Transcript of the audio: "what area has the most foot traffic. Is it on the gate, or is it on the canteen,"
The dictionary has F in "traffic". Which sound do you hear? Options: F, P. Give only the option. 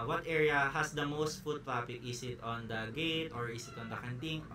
P